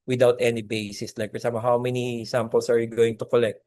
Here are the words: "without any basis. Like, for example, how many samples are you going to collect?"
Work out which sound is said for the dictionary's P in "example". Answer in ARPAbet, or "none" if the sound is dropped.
none